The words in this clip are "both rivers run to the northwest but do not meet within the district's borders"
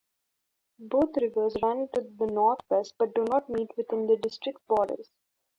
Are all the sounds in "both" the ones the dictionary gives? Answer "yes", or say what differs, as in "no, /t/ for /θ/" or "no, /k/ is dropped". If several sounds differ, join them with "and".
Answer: no, /t/ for /θ/